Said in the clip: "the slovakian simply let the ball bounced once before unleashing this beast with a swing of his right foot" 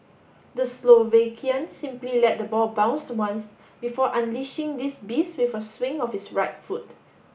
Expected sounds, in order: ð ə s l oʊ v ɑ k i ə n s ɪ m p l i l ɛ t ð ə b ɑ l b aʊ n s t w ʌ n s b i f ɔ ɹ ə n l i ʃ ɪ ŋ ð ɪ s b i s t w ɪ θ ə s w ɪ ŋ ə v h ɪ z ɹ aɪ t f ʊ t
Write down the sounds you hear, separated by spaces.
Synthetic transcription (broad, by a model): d ə s l oʊ v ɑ k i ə n s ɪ m p l i l ɛ t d ə b ɑ l b aʊ n s t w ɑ n s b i f ɔ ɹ ə n l i ʃ ɪ ŋ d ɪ s b i s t w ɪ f ə s w ɪ ŋ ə f h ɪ s ɹ aɪ t f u t